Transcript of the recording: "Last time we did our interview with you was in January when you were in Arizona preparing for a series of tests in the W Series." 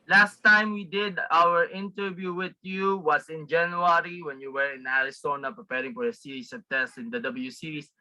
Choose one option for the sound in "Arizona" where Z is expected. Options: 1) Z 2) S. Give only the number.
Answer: 2